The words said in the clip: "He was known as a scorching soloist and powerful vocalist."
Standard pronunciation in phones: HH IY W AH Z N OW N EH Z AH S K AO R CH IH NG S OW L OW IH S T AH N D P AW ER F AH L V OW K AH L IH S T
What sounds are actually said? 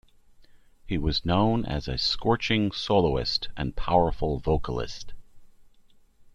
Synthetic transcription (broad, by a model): HH IY W AH Z N OW N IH Z AH S K AO R CH IH NG S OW L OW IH S T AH N P AW ER F L V OW K AH L IH S T